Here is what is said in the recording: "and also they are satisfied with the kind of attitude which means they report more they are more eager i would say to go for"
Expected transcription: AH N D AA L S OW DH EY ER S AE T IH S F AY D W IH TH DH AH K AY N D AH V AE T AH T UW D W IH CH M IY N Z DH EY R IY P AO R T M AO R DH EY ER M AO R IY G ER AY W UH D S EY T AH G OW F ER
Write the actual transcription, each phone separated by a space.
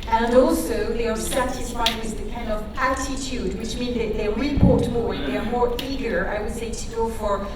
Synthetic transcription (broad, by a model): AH N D AA L S OW DH EY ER S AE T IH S F AY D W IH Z DH AH K AY N D AH V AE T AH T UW D W IH CH M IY N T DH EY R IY P AO R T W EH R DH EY ER M AO R IY G ER AY W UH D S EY T AH G OW F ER